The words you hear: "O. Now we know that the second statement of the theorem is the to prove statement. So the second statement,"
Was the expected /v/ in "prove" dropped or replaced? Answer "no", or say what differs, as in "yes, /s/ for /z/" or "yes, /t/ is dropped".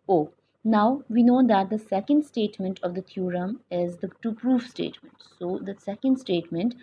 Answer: yes, /f/ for /v/